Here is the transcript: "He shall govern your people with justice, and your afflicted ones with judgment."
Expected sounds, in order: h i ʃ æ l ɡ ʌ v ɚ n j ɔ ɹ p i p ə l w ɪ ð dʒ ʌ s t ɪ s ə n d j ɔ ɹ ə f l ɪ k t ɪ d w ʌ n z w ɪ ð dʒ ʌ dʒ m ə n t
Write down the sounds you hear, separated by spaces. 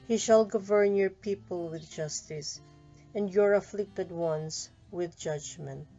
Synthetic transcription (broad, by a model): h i ʃ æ l ɡ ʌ v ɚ n j ɔ ɹ p i p ə l w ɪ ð dʒ ʌ s t ɪ s ə n d j ɔ ɹ ə f l ɪ k t ɪ d w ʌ n s w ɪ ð dʒ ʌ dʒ m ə n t